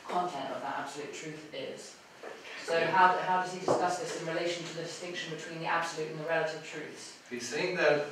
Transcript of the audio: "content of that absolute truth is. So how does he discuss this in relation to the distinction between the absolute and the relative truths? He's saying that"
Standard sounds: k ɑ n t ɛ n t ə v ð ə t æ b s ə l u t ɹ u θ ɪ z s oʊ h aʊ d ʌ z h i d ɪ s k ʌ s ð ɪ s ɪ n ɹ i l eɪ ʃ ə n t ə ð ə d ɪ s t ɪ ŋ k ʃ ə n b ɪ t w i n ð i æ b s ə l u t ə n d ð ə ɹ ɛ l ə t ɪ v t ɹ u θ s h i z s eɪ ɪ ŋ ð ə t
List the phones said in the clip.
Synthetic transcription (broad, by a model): k ɑ n t ɛ n t ə v ð ə t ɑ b s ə l u t ɹ u θ ɪ z s oʊ h aʊ d ʌ z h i d ɪ s k ʌ s ð ɪ s ɪ n ɹ i l eɪ ʃ ə n t ə ð ə d ɪ s t ɪ ŋ k ʃ ə n b ɪ t w i n ð i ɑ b s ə l u t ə n ð ə ɹ ɛ l ə t ɪ v t ɹ u θ s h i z s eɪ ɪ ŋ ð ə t